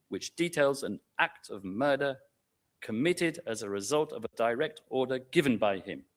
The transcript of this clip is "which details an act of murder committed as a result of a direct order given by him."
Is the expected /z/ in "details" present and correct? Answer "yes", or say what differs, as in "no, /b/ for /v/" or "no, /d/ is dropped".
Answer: yes